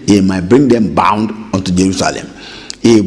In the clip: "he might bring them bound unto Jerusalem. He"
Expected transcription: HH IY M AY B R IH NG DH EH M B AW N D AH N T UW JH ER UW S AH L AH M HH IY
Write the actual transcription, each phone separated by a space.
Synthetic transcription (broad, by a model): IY M AY B R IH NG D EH M B AW N D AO N T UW JH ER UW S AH L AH M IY